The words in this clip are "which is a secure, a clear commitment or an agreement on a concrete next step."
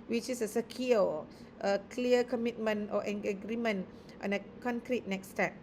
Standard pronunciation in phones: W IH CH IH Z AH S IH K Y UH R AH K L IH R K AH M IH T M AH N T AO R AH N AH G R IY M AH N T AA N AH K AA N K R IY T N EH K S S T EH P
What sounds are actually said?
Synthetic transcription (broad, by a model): W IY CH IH S AH S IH K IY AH AH K L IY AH K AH M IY T M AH N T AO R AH AH G R IY M AH N T AA N AH K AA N K R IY T N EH K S S T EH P